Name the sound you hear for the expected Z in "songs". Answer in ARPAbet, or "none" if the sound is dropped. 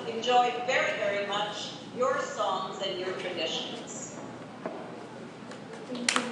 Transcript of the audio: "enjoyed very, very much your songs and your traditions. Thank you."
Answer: Z